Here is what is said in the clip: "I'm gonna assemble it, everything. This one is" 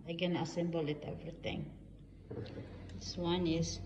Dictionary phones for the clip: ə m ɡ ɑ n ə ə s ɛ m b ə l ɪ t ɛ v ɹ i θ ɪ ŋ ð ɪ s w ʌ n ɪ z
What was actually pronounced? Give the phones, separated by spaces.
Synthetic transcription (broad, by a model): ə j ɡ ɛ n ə ə s ɛ m b ə l ɪ t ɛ v ɹ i t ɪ ŋ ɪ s w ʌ n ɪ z